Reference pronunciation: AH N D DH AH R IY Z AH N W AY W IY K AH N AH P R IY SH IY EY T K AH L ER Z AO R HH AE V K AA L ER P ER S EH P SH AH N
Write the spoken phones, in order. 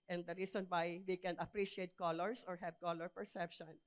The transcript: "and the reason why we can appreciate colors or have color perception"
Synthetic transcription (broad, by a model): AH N D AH R IY S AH N W AY W IY K AH N AH P R IY SH IY EY T K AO L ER S AO R HH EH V K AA L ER P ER S EH P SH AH N